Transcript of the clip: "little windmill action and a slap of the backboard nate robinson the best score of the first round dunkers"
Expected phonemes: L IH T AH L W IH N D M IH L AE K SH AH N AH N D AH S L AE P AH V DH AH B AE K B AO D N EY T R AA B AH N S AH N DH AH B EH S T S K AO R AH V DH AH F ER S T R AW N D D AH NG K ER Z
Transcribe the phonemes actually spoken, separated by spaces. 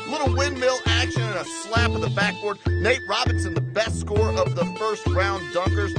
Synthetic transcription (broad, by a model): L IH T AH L W IH N M IH L AE K SH AH N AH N AH S L AE P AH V DH AH B AE K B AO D N EY T R AA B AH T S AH N DH AH B EH S T S K AO R AH V DH AH F ER S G R AW N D D AH NG K ER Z